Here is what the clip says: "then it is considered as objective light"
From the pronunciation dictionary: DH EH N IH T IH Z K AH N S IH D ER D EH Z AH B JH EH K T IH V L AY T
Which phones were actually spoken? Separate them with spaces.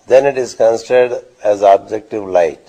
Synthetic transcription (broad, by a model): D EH N IH T IH Z K AH N S IH D ER D EH Z AH B JH EH K T IH V L AY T